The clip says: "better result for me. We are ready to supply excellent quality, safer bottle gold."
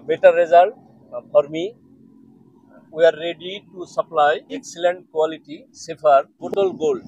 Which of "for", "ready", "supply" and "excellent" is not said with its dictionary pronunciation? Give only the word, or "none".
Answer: for